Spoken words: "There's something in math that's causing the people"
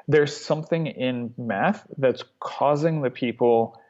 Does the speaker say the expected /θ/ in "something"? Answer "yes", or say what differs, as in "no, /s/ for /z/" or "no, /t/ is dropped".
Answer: yes